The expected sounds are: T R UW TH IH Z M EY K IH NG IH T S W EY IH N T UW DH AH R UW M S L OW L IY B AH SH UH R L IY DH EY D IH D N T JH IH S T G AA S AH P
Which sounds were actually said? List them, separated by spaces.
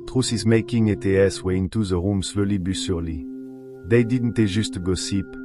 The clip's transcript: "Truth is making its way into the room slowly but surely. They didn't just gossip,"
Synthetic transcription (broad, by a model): T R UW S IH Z M EY K IH NG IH T S W EY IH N T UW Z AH R UW M S L OW L IY B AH S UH R L IY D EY D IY D N T ZH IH S T G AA S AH P